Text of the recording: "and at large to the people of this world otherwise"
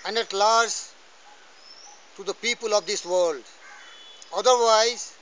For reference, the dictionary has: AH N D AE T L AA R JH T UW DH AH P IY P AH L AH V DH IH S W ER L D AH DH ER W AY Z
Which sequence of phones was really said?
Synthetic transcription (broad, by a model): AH N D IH T L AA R Z T UW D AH P IY P AH L AH V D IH S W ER L D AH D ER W AY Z